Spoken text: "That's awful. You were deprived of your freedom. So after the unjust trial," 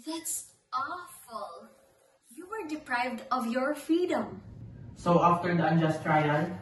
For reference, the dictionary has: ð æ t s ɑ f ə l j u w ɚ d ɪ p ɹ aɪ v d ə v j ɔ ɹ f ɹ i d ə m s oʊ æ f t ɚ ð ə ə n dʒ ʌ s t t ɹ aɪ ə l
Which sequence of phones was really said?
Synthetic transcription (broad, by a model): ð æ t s ɑ f ə l j u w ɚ d ɪ p ɹ aɪ v d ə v j ɔ ɹ f ɹ i d ə m s oʊ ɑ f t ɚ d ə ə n dʒ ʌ s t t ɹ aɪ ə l